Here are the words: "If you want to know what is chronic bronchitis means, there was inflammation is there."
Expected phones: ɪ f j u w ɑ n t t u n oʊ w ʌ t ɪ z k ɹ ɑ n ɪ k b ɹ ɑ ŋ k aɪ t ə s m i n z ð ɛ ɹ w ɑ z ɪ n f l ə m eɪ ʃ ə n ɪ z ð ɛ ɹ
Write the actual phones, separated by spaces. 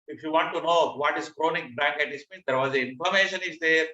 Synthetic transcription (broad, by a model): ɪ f j u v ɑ n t t u n oʊ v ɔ t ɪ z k ɹ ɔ n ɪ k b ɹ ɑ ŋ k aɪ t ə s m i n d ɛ ɹ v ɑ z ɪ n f ə m eɪ ʃ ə n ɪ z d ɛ ɹ